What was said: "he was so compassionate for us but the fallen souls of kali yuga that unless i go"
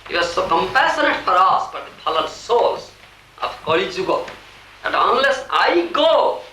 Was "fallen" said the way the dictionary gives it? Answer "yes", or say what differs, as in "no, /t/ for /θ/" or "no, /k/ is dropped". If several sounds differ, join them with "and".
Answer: no, /p/ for /f/